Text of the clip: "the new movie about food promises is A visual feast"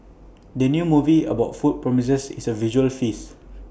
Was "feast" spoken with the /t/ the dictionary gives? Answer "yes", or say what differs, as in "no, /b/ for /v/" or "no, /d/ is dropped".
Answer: no, /t/ is dropped